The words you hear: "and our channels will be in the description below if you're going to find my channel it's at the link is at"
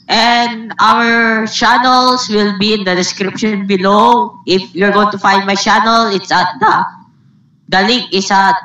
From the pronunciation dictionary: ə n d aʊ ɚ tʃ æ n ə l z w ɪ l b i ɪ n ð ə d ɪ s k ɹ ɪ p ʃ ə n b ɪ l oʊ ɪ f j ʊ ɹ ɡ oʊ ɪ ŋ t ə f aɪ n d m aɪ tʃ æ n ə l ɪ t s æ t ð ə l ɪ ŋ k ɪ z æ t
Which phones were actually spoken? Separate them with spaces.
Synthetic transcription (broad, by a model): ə n d aʊ ɚ tʃ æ n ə l s w ɪ l b i ɪ n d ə d ɪ s k ɹ ɪ p ʃ ə n b ɪ l oʊ ɪ f j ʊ ɹ ɡ oʊ ɪ ŋ t ə f aɪ n d m aɪ tʃ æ n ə l ɪ t s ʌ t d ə l ɪ ŋ k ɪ s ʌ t